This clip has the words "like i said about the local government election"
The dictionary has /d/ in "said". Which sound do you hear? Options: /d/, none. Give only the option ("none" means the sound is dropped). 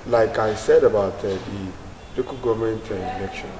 /d/